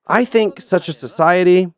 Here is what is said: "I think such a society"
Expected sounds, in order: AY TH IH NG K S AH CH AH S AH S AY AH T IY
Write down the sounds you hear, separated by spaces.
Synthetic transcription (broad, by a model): AY TH IH NG K S AH CH AH S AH S AY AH T IY